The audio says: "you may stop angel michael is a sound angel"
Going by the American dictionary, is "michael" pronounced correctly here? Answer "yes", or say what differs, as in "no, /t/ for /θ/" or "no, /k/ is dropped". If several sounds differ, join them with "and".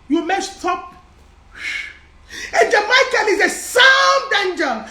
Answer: no, /n/ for /l/